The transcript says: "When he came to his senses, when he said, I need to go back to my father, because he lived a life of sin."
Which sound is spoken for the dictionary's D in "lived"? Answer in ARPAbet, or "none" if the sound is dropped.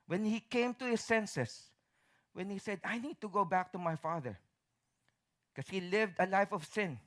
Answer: D